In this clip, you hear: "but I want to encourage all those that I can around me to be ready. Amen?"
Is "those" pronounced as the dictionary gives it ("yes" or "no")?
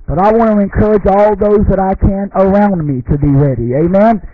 yes